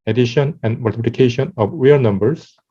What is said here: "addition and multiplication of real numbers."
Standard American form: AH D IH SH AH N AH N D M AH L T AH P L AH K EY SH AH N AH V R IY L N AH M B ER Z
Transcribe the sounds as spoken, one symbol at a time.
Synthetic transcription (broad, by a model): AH D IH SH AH N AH N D M AH L T AH P L AH K EY SH AH N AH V W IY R N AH M B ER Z